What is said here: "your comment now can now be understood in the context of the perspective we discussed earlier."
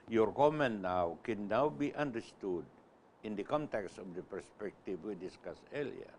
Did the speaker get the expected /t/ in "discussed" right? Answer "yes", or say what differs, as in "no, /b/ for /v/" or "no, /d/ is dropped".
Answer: no, /t/ is dropped